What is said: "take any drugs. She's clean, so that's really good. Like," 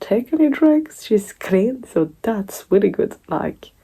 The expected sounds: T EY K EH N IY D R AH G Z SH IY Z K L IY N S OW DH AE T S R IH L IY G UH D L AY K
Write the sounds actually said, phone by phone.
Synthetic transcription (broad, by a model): T EY K EH N IY D R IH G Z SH IY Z K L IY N S OW DH AE T S W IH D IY G UH D L AY K